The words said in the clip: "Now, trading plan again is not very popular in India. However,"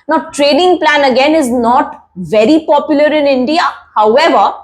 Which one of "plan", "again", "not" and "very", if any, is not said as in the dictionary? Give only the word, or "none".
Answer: none